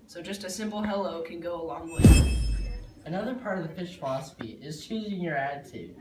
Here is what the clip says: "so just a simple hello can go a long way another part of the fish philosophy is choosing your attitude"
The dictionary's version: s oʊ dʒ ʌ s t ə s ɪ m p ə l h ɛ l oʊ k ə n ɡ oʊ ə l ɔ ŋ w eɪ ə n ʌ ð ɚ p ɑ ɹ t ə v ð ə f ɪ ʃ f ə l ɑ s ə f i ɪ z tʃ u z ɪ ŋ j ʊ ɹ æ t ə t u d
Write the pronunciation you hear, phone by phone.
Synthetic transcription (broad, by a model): s oʊ dʒ ʌ s t ə s ɪ m p l h ɛ l oʊ k ə n ɡ oʊ ə l ɔ ŋ w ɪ ə n ʌ ð ɚ p ɑ ɹ t ə v ð ə p ɪ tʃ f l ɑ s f i ɪ z tʃ u z ɪ ŋ j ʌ ɹ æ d t u